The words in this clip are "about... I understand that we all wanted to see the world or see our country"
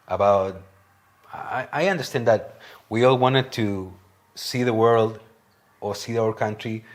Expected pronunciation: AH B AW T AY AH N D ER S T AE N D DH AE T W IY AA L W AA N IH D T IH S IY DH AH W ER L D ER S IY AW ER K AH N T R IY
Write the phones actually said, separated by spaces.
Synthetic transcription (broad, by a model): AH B AW T AY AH N D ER S T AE N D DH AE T W IY AA L W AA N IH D T IH S IY DH AH W ER L D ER S IY AW ER K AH N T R IY